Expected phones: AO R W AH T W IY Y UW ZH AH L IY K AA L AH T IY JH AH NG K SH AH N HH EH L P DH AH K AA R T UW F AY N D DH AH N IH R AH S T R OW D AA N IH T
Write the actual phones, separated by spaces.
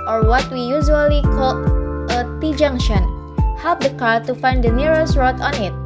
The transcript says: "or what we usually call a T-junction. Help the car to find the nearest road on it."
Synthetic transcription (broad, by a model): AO R W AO T W IY Y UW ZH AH L IY K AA L AH T IY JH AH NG SH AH N HH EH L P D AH K AA R T UW F AY N D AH N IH R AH S R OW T AA N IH T